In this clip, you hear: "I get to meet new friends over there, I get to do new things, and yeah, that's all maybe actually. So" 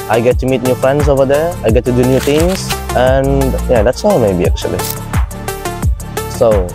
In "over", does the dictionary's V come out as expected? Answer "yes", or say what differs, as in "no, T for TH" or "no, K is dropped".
yes